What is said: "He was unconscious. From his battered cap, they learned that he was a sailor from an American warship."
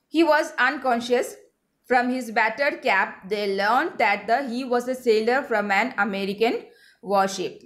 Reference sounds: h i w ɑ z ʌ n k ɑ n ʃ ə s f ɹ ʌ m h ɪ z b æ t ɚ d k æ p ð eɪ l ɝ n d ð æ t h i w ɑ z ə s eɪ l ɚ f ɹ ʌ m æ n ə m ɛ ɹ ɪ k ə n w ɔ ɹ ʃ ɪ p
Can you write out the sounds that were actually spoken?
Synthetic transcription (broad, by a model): h i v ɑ z ʌ n k ɑ n ʃ ə s f ɹ ʌ m h ɪ z b æ t ɚ d k æ p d eɪ l ɝ n d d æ t h i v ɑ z ə s eɪ l ɚ f ɹ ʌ m æ n ə m ɛ ɹ ɪ k ə n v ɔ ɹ ʃ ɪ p